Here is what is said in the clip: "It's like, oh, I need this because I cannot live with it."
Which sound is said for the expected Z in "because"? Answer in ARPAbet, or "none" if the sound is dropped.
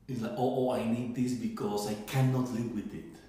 S